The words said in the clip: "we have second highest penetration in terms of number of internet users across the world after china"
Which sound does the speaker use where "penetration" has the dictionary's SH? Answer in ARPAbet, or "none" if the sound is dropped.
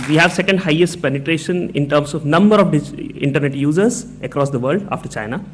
SH